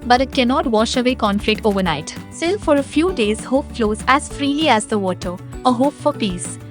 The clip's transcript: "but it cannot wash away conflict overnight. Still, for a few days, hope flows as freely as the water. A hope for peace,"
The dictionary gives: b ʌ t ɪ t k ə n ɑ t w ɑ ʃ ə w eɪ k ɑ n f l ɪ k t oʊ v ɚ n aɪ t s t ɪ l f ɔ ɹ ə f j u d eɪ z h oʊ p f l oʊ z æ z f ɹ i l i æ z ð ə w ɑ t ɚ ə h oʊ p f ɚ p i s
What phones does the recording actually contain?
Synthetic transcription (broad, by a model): b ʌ t ɪ t k ə n ɑ t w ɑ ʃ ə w eɪ k ɑ n f l ɪ k t oʊ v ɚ n aɪ t s t ɪ l f ɔ ɹ ə f j u d eɪ z h oʊ p f l oʊ z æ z f ɹ i l i æ z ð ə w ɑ t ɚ ə h oʊ p f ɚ p i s